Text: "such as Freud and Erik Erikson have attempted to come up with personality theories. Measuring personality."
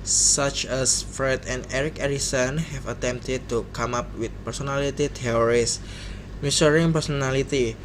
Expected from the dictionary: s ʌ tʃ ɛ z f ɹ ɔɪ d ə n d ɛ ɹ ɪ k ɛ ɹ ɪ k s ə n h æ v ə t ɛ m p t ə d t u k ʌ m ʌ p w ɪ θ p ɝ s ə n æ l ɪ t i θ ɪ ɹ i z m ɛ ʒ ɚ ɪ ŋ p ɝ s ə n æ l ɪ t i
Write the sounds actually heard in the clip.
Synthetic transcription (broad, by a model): s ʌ tʃ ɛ s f ɹ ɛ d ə n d ɛ ɹ ɪ k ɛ ɹ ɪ s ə n h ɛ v ə t ɛ m p t ə d t u k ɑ m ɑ p w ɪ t p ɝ s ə n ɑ l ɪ t i t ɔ ɹ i s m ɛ s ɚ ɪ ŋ p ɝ s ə n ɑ l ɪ t i